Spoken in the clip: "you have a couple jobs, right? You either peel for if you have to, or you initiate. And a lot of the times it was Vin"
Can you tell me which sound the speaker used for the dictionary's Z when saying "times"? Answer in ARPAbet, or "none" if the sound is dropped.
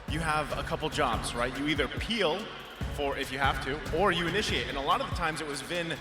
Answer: Z